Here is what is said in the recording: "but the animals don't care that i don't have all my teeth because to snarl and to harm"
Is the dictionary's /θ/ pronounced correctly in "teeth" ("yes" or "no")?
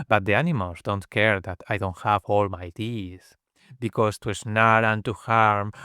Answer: no